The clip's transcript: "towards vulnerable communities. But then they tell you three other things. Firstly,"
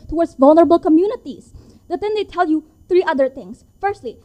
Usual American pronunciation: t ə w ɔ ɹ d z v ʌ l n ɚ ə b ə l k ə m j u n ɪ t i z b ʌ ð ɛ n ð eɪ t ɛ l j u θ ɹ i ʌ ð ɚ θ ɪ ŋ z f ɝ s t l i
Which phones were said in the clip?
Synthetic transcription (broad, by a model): t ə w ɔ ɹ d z v ʌ l n ɚ ə b ə l k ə m j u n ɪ t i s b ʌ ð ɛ n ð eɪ t ɛ l j u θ ɹ i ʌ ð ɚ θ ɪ ŋ s f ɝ s t l i